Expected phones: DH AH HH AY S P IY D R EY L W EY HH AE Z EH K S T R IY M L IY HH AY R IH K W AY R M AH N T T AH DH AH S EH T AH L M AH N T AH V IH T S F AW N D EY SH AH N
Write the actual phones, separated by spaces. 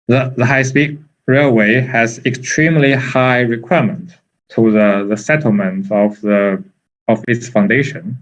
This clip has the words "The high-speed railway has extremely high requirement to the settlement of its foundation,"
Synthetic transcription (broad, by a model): DH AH HH AY S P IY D R EY L W EY HH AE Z EH K S T R IY M L IY HH AY R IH K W AY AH M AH N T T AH DH AH S EH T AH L M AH N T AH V IH T S F AW N D EY SH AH N